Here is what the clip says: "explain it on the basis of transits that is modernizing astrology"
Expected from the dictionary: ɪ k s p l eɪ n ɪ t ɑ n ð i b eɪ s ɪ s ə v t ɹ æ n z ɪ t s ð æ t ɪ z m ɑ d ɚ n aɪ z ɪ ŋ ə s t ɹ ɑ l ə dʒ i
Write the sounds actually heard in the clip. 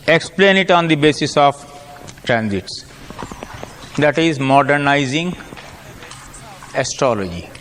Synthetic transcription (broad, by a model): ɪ k s p l eɪ n ɪ t ɑ n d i b eɪ s ɪ s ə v t ɹ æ n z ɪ t s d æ t ɪ z m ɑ d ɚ n aɪ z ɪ ŋ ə s t ɹ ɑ l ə dʒ i